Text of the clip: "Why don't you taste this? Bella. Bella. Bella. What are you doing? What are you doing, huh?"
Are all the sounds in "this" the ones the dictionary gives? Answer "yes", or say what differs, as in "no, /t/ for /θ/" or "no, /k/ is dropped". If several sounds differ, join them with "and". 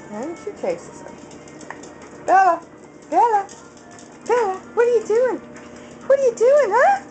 no, /s/ is dropped